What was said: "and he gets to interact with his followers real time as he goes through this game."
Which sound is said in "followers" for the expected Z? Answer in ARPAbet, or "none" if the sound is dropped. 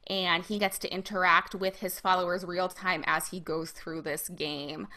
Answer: Z